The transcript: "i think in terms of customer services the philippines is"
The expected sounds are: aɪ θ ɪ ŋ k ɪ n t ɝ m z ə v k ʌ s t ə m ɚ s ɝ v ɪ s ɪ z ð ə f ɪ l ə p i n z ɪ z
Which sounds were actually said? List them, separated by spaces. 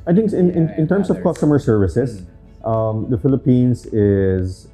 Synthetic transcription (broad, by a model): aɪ t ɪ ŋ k ɪ n t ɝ m s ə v k ʌ s t ə m ɚ s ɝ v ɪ s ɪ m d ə f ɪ l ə p i n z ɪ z